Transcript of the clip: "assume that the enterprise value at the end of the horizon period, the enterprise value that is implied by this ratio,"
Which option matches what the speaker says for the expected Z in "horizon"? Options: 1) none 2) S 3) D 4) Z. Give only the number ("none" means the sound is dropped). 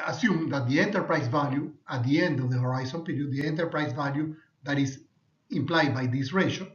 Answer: 2